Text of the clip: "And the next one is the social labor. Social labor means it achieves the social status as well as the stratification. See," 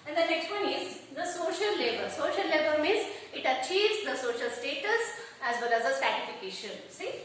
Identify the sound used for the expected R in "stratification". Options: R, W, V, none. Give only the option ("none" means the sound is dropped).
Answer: none